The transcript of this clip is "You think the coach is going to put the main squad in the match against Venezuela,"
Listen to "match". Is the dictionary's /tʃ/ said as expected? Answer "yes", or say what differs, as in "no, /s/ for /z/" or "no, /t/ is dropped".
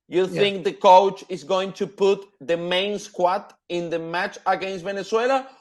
yes